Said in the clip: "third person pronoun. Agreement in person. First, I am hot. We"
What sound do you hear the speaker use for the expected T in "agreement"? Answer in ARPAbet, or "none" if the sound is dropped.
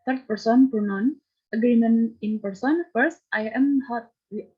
none